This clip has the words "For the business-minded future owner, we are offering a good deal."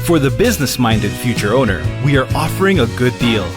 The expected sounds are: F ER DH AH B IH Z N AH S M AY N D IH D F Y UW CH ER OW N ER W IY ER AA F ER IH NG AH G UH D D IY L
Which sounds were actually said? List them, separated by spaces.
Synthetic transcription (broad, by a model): F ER DH AH B IH Z N AH S M AY N D IH D F Y UW CH ER OW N ER W IY ER AA F ER IH NG AH G UH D D IY L